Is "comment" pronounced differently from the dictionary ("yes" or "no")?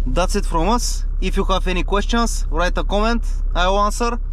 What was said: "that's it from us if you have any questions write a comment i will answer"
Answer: no